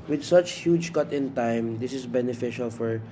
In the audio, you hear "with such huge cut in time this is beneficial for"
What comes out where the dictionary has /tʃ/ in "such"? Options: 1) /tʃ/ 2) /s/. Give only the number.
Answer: 1